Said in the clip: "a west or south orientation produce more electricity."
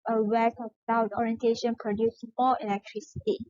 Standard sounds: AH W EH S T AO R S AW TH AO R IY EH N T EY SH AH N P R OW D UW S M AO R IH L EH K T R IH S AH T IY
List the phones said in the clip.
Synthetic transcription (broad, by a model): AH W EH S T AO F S AW T AO R IY EH N T EY SH AH N P R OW D UW S M AO L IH L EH K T R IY S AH T IY